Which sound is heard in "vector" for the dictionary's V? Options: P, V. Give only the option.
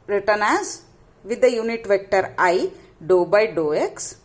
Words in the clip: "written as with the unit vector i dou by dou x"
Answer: V